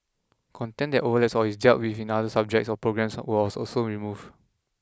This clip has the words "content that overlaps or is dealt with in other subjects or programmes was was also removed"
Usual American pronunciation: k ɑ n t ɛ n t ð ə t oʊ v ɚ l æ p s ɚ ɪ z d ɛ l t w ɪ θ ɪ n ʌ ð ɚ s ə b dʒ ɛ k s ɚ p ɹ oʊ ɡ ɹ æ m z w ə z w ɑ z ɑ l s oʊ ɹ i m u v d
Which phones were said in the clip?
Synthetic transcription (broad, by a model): k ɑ n t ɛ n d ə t oʊ v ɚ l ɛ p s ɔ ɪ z d ɛ l t w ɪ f ɪ n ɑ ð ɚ s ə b dʒ ɛ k s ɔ p ɹ oʊ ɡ ɹ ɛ m s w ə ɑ s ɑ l s oʊ ɹ i m u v